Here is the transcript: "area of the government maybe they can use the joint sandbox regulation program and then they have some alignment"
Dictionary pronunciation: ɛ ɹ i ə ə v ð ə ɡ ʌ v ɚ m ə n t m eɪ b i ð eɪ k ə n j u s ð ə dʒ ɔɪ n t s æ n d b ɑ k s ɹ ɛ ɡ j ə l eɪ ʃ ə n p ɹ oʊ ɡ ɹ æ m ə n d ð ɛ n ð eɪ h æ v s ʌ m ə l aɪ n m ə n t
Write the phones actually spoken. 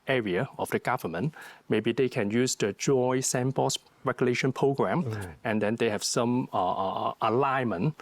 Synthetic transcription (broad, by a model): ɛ ɹ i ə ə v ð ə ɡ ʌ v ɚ m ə n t m eɪ b i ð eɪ k ə n j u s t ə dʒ ɔɪ s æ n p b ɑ s ɹ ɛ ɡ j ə l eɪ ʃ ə n p ɹ oʊ ɡ ɹ æ m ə n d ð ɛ n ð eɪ h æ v s ʌ m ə l aɪ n m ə n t